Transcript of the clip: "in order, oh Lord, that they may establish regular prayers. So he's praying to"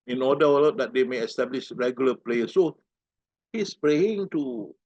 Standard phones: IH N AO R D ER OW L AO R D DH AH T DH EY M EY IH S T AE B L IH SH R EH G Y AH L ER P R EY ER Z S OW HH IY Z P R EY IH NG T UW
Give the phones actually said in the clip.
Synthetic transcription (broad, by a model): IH N AO D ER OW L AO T D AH T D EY M EY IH S T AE B L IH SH R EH G Y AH L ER P L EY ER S S OW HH IY S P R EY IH NG T UW